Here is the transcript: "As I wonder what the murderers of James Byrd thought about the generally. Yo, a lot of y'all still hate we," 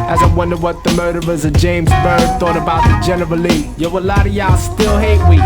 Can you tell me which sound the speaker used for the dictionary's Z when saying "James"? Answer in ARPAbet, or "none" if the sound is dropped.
Z